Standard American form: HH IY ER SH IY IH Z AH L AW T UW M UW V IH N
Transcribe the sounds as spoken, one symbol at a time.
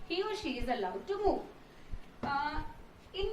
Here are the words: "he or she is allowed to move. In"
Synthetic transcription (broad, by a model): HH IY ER SH IY IH Z AH L AW T UW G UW IH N